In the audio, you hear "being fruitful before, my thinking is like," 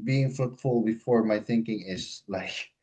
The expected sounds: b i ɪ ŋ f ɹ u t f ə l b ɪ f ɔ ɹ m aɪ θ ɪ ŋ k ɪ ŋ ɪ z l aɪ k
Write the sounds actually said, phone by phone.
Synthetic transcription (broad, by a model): b i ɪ ŋ f ɹ u t f ə l b ɪ f ɔ ɹ m aɪ θ ɪ ŋ k ɪ ŋ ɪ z l aɪ k